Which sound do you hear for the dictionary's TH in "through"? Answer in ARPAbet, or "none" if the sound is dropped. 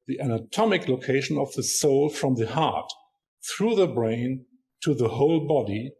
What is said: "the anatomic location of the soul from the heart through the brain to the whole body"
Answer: TH